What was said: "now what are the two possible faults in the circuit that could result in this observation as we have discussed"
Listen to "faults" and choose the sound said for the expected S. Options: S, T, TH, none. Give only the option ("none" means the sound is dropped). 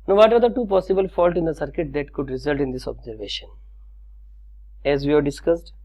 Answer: none